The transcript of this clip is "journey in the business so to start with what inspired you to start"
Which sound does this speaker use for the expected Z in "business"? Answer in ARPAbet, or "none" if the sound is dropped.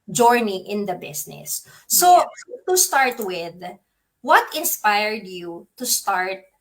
S